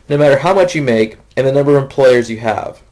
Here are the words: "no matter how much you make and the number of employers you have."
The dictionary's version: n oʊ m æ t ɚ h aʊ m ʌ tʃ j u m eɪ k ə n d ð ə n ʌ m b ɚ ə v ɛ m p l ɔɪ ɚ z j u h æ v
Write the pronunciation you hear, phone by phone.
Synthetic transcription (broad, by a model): n oʊ m æ t ɚ h aʊ m ʌ tʃ j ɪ m eɪ k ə n ð ə n ʌ m b ɚ ə v ɛ m p l ɔɪ ɚ z j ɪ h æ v